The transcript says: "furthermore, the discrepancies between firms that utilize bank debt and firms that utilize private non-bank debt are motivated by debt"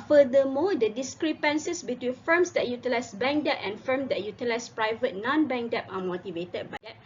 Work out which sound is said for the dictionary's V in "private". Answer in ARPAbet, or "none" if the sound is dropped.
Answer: V